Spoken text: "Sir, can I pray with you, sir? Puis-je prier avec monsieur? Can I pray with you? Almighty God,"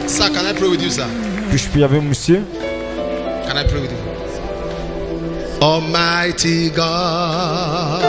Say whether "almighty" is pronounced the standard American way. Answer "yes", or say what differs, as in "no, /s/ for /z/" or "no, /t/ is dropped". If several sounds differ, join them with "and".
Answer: no, /l/ is dropped